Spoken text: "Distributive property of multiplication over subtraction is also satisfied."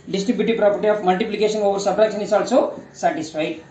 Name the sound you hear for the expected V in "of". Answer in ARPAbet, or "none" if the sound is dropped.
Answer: P